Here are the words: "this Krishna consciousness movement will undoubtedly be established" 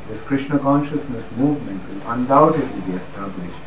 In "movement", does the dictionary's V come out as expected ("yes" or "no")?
yes